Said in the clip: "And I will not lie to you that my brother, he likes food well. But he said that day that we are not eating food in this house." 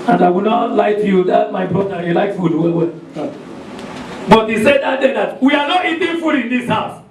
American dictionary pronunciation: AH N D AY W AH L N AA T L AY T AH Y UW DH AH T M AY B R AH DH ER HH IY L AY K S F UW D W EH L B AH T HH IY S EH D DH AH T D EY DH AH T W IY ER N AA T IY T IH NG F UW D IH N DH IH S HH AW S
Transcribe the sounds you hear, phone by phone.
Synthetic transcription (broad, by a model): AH N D AY W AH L N AA T L AY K Y UW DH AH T M AY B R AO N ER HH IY L AY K F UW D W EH W B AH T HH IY S EH D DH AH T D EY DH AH T W IY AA N AA T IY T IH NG F UW D IH N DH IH S HH AW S